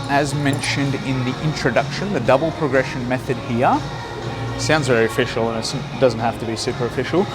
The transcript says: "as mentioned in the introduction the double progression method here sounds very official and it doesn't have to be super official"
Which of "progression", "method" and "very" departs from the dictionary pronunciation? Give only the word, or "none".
none